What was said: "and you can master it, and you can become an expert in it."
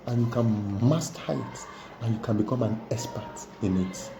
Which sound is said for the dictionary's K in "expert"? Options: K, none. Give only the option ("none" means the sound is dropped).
none